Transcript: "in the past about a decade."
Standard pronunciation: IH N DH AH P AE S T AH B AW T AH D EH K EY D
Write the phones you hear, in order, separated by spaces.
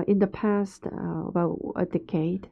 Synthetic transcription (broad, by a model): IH N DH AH P AE S T AH B AW T AH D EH K EY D